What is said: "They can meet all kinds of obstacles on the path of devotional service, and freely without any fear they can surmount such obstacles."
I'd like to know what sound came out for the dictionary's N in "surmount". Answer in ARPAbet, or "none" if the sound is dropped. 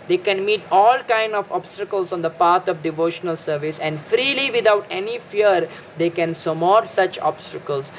none